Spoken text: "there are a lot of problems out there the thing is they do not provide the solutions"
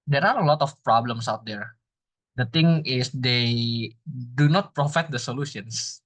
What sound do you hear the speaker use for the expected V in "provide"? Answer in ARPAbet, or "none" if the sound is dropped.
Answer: F